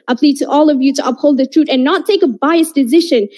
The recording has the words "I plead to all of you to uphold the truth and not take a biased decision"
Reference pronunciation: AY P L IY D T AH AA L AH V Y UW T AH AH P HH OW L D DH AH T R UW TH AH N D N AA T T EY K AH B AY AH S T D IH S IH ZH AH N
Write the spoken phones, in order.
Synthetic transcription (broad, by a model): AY P L IY D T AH AA L AH V Y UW T AH AH P HH OW L D DH AH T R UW T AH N N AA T T EY K AH B AY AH S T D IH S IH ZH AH N